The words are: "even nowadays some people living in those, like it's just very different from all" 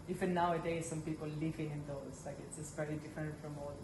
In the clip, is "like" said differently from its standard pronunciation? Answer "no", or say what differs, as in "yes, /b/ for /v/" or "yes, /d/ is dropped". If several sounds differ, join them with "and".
no